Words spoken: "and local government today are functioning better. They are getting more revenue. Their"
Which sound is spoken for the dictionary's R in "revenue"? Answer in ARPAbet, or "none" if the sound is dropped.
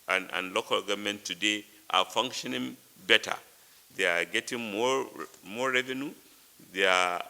R